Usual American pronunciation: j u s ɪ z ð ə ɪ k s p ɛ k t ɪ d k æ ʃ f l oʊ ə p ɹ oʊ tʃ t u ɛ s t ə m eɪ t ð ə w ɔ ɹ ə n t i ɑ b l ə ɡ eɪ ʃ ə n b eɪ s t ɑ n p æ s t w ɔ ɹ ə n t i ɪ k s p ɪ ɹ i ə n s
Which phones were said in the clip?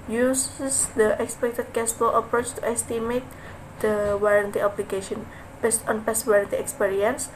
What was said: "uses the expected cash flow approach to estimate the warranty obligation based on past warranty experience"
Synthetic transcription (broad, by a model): j u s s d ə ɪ k s p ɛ k t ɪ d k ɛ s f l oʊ ə p ɹ oʊ tʃ t u ɛ s t ə m eɪ t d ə w ɔ ɹ ə n t i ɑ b l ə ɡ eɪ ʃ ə n b eɪ s t ɑ n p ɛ s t w ɔ ɹ ə n t i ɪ k s p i ɹ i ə n s